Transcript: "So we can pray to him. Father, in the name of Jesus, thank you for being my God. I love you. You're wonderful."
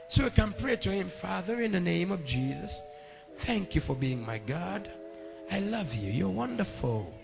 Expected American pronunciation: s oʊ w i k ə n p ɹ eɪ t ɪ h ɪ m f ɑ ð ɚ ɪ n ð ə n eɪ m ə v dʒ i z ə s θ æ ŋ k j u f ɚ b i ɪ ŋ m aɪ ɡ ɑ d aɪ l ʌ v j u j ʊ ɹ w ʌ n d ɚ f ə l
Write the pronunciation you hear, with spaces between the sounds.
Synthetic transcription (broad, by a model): s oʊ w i k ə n p ɹ eɪ t ɪ h ɪ m f ɑ ð ɚ ɪ n ð ə n eɪ m ə v dʒ i z ə s θ æ ŋ k j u f ɚ b i ɪ ŋ m aɪ ɡ ɑ d aɪ l ʌ v j u j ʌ ɹ w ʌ n d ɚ f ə l